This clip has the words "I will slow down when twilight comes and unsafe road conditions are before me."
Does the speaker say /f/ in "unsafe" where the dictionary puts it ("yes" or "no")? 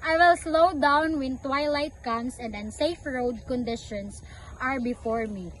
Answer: yes